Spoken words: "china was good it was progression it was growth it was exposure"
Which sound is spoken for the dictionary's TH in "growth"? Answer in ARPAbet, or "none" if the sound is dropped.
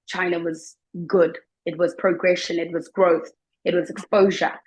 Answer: TH